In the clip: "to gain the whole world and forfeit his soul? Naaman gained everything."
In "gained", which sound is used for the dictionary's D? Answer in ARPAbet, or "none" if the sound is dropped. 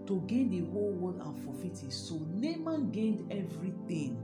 D